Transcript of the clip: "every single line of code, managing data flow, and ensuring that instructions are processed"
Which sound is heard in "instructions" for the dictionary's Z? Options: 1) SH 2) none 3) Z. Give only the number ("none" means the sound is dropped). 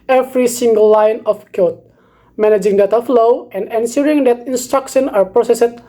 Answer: 2